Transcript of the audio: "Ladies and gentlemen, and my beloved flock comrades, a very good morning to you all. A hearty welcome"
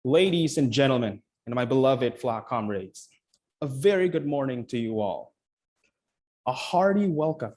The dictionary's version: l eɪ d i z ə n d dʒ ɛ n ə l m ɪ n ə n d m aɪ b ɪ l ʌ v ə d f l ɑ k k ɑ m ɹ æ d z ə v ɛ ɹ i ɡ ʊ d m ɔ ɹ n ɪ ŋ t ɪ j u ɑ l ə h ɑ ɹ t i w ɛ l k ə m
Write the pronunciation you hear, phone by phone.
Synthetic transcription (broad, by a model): l eɪ d i z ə n dʒ ɛ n l m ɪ n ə n m aɪ b ɪ l ʌ v ə d f l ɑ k k ɑ m ɹ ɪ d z ə v ɛ ɹ i ɡ ʊ d m ɔ ɹ n ɪ ŋ t ɪ j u ɑ l ə h ɑ ɹ t i w ɛ l k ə m